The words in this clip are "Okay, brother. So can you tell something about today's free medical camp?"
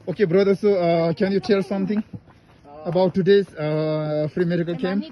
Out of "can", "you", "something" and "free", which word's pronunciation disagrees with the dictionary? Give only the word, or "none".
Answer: something